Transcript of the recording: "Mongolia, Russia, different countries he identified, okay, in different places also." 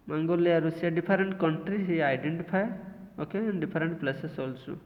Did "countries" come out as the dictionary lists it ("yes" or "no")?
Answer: no